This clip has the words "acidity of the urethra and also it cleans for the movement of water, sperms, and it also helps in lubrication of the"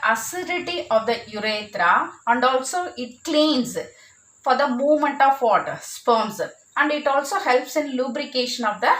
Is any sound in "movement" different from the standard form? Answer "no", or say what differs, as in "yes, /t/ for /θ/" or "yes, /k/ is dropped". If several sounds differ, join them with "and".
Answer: no